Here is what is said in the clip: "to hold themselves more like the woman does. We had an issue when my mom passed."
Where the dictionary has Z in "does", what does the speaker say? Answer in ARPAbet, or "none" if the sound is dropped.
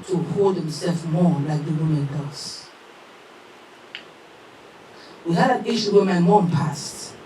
S